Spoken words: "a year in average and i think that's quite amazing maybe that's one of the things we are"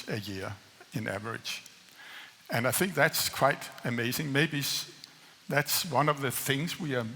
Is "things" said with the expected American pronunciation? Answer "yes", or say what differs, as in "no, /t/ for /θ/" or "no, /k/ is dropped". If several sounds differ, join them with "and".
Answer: yes